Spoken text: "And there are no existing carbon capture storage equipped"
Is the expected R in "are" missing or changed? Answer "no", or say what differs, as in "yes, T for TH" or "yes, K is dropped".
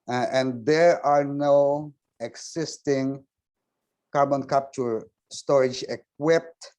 no